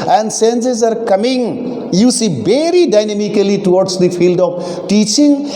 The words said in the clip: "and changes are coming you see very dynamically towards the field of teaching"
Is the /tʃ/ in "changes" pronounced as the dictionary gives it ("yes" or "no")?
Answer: no